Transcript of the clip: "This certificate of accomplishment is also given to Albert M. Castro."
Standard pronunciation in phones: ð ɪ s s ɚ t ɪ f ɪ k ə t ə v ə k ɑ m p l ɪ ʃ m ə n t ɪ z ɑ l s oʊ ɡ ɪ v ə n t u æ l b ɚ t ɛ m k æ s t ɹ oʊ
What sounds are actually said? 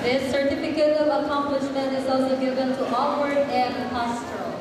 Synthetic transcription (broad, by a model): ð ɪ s s ɚ t ɪ f ɪ k ə t ə v ə k ɑ m p l ɪ ʃ m ə n t ɪ z ɑ l s oʊ ɡ ɪ v ə n t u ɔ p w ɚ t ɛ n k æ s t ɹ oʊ